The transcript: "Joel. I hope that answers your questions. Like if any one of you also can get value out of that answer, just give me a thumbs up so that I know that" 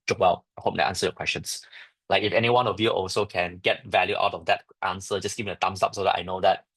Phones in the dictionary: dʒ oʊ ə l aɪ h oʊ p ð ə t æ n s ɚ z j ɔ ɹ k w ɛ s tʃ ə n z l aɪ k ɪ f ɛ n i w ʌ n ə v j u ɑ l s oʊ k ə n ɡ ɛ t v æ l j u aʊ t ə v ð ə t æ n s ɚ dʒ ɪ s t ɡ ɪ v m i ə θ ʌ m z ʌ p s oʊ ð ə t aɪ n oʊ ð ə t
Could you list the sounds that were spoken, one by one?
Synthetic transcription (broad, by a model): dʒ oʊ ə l aɪ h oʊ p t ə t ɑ n s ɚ j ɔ k w ɛ s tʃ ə n s l aɪ k ɪ f ɛ n i w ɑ n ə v j u ɑ l s oʊ k ə n ɡ ɛ t v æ l j u aʊ t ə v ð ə t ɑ n s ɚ dʒ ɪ s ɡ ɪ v m i ə t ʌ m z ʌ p s oʊ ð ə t aɪ n oʊ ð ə t